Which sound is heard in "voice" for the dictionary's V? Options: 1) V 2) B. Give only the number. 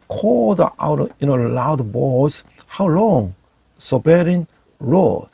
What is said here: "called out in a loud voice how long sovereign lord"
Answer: 2